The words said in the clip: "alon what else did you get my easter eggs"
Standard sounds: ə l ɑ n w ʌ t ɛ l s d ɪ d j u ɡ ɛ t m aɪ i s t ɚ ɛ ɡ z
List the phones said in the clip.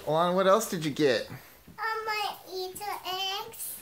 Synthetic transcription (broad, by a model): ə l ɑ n w ʌ t ɛ l s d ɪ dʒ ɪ ɡ ɛ t m aɪ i t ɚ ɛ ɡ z